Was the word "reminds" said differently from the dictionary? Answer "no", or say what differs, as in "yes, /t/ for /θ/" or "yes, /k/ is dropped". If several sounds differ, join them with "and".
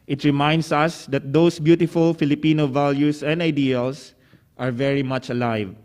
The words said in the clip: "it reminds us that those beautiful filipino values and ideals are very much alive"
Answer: yes, /s/ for /z/